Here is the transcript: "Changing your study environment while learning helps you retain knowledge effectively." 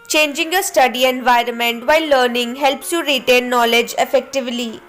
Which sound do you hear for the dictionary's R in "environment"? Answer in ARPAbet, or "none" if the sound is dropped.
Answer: R